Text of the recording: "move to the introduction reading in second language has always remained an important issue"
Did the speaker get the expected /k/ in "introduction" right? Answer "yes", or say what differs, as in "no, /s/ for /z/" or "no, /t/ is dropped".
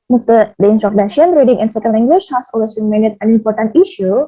no, /k/ is dropped